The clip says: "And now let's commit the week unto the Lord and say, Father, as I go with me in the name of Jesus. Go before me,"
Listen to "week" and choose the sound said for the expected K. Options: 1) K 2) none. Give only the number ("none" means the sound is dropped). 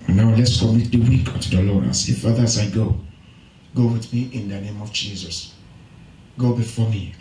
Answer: 1